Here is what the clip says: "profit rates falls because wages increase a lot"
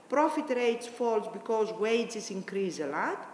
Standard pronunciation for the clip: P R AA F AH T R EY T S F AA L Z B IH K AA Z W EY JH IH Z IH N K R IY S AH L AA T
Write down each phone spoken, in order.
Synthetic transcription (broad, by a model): P R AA F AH T R EY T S F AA L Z B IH K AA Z W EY Z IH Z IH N K R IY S AH L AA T